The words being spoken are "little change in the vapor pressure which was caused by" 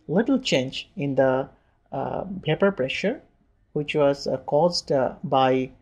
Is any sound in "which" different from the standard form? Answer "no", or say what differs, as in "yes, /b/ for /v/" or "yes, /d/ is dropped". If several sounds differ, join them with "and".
no